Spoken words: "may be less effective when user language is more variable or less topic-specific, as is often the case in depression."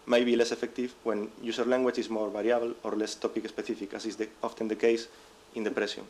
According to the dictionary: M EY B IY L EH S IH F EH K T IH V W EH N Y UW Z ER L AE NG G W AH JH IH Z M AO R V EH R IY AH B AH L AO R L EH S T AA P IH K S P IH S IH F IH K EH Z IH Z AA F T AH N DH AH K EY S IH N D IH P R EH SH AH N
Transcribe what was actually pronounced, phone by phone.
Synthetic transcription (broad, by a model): M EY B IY L EH S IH F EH K T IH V W EH N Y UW S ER L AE NG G W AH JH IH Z M AO R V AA R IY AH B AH L AO R L EH S T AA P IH K S P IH TH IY F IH K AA S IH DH AA F T AH N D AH K EY S IH N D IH P R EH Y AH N